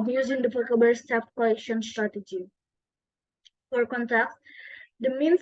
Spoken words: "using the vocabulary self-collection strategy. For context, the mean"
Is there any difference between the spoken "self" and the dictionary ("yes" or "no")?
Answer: yes